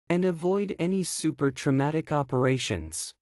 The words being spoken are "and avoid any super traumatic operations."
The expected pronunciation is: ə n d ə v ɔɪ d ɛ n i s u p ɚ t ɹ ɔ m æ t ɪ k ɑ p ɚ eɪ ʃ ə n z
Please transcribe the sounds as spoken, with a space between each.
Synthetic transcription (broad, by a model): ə n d ə v ɔɪ d ɛ n i s u p ɚ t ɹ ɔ m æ t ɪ k ɑ p ɚ eɪ ʃ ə n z